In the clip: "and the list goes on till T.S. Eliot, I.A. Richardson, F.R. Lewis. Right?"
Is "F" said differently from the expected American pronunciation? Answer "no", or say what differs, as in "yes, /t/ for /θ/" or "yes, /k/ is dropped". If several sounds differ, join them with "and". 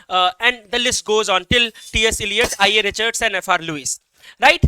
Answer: no